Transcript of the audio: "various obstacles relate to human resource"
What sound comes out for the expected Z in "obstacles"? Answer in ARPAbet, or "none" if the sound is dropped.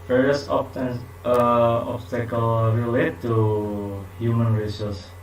none